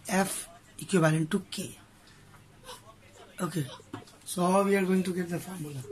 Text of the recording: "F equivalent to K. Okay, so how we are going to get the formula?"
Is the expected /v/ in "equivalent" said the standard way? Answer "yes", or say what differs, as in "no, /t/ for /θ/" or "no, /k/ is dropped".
no, /b/ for /v/